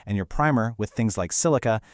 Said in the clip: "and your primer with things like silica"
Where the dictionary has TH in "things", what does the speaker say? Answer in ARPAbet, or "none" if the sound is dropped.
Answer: TH